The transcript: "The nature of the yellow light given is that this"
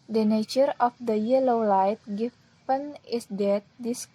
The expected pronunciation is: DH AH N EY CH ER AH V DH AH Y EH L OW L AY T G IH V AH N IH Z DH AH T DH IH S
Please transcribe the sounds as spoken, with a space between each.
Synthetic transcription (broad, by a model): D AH N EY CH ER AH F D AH Y EH L OW L AY T G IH P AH N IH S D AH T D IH S